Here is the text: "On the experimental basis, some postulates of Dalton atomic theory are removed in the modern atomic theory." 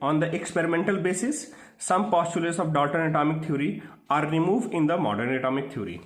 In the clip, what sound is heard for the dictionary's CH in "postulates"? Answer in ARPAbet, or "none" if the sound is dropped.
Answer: CH